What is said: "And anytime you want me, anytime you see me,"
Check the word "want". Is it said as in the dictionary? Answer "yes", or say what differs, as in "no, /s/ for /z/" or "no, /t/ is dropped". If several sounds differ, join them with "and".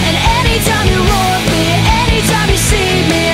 no, /n/ is dropped